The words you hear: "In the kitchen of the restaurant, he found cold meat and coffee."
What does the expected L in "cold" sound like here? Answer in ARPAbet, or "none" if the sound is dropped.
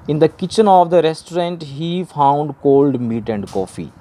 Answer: L